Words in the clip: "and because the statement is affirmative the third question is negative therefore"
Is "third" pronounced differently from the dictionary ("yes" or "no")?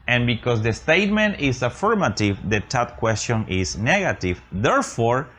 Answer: yes